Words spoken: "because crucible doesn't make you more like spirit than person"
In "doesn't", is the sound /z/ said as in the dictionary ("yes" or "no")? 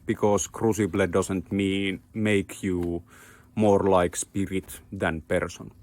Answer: no